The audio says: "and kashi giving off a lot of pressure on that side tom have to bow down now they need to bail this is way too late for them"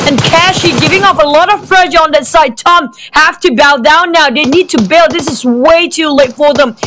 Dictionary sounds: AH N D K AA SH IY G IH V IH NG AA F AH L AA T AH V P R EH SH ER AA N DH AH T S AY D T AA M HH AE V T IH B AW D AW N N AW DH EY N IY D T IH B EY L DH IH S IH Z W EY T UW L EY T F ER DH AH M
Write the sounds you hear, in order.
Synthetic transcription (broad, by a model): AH N K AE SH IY G IH V IH NG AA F AH L AA T AH V P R EH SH ER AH N DH AH T S AY D T AA M HH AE F T IH B AW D AW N N AW DH EY N IY D T IH B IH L DH IH S IH Z W EY T UW L EY T F ER DH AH M